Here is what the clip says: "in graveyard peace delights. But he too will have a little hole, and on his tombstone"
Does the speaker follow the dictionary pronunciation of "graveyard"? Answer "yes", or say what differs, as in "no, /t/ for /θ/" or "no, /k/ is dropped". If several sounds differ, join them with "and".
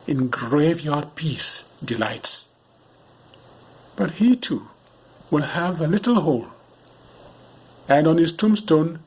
yes